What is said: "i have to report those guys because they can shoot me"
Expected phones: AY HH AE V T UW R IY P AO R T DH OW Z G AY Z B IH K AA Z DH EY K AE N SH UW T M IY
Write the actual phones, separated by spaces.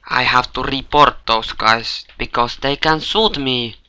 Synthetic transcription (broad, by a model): AY HH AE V T UW R IY P AO R T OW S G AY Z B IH K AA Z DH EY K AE N S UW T M IY